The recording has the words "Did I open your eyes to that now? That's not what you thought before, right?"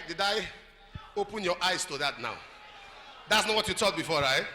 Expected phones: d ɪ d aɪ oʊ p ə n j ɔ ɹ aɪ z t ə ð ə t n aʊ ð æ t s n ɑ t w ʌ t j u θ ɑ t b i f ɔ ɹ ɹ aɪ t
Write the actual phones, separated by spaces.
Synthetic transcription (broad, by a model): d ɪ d aɪ oʊ p ə n j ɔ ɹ aɪ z t ə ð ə t n aʊ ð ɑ t s n ɑ t w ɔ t j u t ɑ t b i f ɔ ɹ ɹ aɪ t